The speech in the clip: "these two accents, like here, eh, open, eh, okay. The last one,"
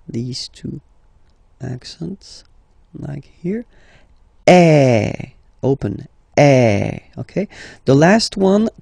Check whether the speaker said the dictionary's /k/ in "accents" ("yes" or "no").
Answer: yes